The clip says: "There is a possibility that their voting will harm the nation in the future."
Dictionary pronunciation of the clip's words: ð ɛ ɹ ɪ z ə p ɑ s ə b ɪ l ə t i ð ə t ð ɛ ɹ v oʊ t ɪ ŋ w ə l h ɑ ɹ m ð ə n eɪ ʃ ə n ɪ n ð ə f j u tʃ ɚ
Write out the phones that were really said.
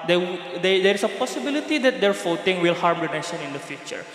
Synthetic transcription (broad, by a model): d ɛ ɹ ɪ s ə p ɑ s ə b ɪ l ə t i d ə t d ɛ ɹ f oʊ t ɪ ŋ w ə l h ɑ ɹ m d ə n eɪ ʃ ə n ɪ n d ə f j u tʃ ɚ